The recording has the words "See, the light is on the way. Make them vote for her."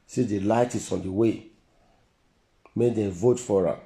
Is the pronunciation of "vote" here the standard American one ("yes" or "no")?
yes